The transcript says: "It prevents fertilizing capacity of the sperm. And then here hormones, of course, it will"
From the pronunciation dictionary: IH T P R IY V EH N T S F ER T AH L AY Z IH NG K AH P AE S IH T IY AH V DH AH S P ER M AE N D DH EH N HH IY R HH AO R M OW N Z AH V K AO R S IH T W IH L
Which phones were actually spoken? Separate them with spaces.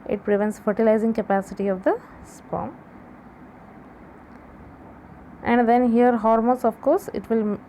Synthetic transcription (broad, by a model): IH T P R IY V EH N T S F ER T AH L AY Z IH NG K AH P AE S IH T IY AH V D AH S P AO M AE N D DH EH N HH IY R HH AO R M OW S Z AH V K AO R S IH T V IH L